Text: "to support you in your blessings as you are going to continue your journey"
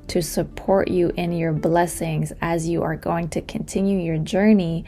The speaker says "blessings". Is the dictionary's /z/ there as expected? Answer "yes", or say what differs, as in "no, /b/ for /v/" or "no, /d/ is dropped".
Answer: yes